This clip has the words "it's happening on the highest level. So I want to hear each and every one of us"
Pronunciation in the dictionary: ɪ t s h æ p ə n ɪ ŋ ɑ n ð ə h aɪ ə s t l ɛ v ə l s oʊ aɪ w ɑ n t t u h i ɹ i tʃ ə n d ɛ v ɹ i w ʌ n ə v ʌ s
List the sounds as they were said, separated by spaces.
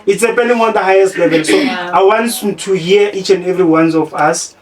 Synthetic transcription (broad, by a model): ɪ t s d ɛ p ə n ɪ ŋ ɑ n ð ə h aɪ ə s t l ɛ v ə l s oʊ aɪ w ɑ n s t u h i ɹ i tʃ ə n d ɛ v ɹ i w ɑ n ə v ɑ s